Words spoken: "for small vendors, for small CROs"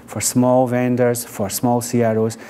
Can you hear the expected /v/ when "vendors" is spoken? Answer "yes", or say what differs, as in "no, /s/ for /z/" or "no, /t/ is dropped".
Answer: yes